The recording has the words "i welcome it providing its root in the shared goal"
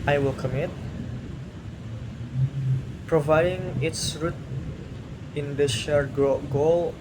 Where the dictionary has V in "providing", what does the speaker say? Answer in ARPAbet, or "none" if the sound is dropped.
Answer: V